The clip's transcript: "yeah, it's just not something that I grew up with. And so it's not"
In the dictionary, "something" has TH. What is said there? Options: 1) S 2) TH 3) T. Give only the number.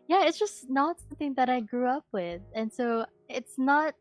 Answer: 2